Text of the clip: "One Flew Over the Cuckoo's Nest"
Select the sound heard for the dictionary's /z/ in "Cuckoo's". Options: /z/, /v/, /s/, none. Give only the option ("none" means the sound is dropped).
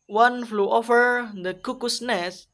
/s/